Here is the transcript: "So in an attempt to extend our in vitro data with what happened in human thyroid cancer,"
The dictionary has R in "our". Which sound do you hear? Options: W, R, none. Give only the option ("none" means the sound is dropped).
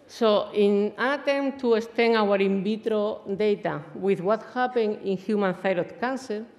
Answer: R